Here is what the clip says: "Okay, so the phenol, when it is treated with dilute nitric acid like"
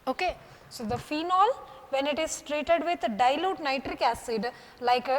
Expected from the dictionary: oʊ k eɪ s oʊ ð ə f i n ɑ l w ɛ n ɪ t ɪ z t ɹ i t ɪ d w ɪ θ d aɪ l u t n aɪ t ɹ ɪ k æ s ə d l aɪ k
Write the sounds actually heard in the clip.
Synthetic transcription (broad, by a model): oʊ k eɪ s oʊ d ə f i n ɑ l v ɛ n ɪ t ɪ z t ɹ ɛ t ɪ d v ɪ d d aɪ l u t n aɪ t ɹ ɪ k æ s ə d l aɪ k